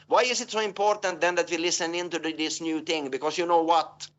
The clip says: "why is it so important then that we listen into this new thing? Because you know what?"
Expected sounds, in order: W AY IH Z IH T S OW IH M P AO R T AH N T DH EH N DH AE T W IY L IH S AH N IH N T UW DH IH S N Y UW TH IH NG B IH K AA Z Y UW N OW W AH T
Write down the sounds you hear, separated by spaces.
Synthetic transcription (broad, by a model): W AY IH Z IH T S OW IH M P AO R T AH N T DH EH N DH AE T W IY L IH S AH N IH N T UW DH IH S N Y UW TH IH NG B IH K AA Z Y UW N OW W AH T